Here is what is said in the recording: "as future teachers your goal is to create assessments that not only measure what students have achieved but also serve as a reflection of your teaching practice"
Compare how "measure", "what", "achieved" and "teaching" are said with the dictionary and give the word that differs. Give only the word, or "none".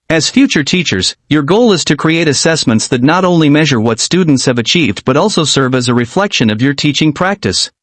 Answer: none